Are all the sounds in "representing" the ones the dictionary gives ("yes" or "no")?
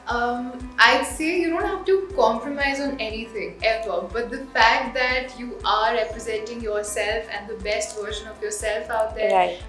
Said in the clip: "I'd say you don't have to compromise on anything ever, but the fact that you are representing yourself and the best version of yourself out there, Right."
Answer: yes